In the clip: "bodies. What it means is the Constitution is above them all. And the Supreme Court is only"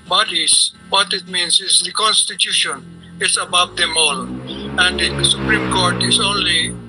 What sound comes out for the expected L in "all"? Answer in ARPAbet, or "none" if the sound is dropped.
L